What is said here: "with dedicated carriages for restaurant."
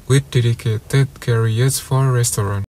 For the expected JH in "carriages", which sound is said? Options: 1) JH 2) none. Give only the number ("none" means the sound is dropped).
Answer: 2